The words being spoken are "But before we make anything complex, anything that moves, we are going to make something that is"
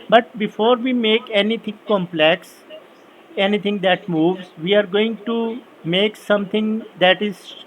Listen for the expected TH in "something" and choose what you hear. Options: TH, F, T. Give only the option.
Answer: T